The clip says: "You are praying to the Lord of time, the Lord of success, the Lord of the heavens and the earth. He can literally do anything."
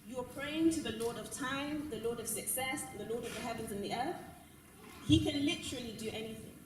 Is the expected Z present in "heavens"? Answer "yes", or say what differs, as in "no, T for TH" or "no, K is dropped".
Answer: yes